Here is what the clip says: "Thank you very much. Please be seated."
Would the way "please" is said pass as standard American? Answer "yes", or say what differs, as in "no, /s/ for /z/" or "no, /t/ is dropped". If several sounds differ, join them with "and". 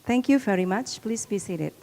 yes